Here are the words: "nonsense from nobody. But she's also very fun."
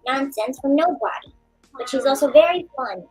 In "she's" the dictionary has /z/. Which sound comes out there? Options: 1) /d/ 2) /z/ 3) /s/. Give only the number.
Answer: 2